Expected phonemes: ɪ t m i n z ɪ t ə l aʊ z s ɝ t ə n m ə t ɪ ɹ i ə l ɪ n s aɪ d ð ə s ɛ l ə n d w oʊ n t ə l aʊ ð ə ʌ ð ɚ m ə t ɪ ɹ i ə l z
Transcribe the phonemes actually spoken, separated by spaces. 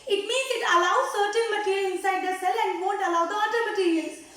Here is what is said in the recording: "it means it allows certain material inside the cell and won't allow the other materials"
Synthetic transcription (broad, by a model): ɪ t m i n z ɪ t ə l aʊ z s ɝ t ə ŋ m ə t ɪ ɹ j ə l ɪ n s aɪ d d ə s ɛ l ə n d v oʊ n t ə l aʊ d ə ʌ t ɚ m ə t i ɹ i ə l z